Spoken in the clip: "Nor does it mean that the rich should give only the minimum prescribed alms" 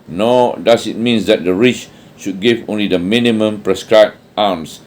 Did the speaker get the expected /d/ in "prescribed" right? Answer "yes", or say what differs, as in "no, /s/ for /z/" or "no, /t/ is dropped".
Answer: no, /d/ is dropped